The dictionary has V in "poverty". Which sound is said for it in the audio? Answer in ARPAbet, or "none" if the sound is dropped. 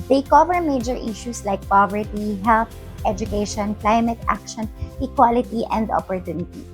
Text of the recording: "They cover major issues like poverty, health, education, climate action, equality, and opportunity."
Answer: V